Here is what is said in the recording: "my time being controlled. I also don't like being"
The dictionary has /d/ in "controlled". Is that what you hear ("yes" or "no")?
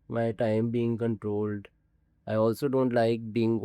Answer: yes